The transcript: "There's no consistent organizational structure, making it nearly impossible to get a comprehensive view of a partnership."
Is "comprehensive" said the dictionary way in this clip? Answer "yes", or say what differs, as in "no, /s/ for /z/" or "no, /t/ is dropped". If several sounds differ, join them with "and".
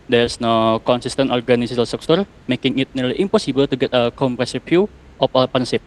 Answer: no, /n/ is dropped